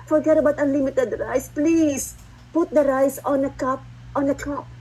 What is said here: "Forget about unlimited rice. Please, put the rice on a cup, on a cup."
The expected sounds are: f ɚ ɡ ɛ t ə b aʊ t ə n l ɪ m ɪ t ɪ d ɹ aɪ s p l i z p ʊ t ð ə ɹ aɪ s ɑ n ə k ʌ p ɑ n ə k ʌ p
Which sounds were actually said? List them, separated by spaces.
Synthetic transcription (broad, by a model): f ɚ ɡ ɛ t ə b aʊ t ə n l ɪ m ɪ t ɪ d ɹ aɪ s p l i s p ʊ t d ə ɹ aɪ s ɑ n ə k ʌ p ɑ n ə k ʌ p